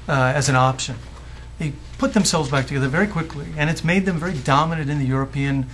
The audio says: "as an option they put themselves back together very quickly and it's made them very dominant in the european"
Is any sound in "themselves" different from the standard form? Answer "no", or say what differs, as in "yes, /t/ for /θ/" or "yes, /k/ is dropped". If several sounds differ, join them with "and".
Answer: no